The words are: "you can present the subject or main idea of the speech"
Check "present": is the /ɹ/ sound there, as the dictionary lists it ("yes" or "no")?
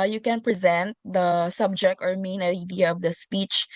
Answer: yes